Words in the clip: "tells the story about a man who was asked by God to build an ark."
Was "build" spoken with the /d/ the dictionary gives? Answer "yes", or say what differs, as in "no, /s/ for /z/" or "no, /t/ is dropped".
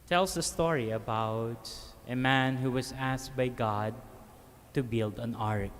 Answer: yes